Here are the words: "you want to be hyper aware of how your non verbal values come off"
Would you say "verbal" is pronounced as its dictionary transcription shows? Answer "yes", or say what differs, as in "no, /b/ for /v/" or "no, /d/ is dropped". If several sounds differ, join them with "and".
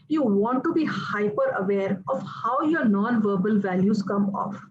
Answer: yes